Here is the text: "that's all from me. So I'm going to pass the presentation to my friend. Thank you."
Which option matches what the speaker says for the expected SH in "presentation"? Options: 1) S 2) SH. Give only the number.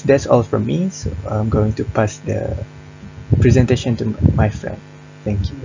2